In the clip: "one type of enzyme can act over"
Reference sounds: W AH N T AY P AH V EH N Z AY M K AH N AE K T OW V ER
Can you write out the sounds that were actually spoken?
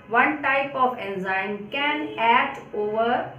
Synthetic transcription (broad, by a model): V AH N T AY P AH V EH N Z AY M K AH N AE T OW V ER